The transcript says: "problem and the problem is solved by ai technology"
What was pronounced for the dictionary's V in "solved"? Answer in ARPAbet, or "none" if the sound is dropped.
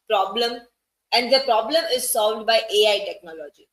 V